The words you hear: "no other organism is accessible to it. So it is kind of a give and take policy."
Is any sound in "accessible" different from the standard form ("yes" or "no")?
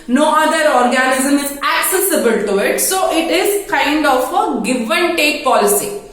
no